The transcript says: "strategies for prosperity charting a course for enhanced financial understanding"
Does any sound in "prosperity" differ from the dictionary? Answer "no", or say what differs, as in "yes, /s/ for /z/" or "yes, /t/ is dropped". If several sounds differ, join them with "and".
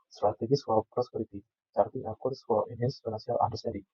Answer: no